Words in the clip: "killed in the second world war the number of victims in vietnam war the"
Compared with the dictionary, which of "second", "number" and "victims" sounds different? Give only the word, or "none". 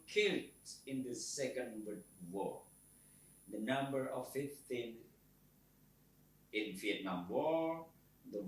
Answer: victims